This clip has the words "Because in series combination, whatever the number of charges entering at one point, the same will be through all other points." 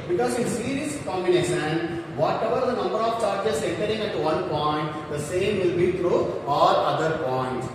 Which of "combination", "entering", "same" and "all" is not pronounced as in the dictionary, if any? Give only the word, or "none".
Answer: none